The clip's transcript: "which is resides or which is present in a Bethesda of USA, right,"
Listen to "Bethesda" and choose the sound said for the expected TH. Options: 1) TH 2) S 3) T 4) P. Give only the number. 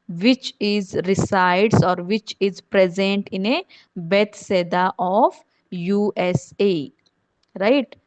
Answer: 2